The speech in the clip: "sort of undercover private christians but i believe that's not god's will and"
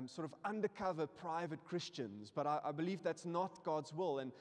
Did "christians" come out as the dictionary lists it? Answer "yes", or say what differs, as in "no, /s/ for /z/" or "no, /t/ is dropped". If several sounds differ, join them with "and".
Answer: yes